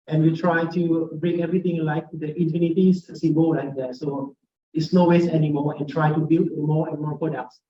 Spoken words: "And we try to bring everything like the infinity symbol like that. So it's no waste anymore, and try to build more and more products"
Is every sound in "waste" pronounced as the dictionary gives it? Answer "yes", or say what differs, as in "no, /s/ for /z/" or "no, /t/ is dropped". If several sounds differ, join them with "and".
no, /t/ is dropped